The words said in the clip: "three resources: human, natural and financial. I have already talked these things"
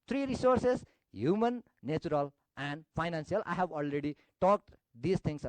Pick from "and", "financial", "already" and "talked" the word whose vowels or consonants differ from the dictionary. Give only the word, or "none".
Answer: financial